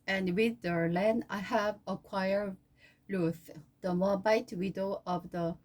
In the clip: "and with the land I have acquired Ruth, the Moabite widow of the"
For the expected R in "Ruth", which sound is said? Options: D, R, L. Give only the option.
L